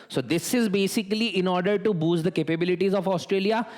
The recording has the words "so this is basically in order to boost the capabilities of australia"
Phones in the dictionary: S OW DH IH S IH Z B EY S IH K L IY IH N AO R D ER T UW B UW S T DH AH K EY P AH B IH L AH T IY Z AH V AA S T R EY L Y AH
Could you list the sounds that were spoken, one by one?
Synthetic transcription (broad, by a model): S OW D IH S IH Z B EY S IH K L IY IH N AO R D ER T UW B UW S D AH K EY P AH B IH L AH T IY Z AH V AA S T R EY L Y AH